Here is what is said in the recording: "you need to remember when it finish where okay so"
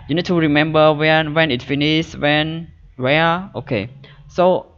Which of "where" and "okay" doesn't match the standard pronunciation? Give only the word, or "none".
where